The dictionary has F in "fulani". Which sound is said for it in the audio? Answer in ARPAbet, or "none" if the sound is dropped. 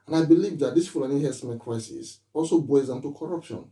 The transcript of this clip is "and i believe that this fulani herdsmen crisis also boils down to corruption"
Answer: P